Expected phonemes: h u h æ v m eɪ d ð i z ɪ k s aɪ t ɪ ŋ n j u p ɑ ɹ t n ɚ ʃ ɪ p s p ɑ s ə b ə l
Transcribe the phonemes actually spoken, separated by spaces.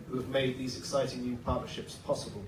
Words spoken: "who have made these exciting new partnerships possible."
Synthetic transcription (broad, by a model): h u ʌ v m eɪ d ð i z ɪ k s aɪ t ɪ ŋ n j u p ɑ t n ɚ ʃ ɪ p s p ɑ s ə b ə l